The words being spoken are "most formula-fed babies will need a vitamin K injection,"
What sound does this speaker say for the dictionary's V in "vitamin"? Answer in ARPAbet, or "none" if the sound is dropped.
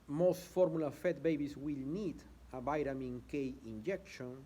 B